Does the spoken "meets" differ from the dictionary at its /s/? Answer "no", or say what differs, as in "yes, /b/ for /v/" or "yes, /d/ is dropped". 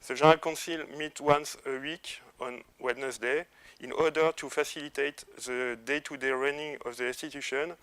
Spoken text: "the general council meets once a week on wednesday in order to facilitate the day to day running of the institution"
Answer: yes, /s/ is dropped